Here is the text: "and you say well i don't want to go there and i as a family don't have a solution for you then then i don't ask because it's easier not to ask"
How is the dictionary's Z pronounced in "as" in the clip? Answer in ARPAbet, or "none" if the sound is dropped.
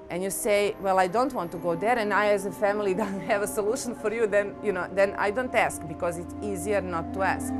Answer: Z